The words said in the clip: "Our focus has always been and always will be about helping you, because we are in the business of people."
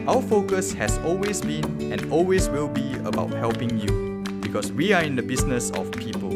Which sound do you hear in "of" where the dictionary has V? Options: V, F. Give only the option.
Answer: F